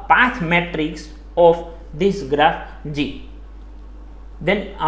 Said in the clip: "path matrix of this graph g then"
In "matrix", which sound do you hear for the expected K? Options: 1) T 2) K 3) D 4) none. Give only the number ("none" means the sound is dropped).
2